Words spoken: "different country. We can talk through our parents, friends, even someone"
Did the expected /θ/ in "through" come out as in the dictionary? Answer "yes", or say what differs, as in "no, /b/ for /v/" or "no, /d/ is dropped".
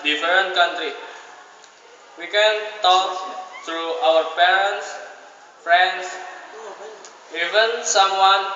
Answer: no, /t/ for /θ/